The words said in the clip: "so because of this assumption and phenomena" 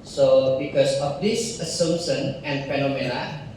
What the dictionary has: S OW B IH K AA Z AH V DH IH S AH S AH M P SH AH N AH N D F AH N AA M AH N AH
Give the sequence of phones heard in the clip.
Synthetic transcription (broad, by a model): S OW B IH K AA S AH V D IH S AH S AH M SH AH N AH N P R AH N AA M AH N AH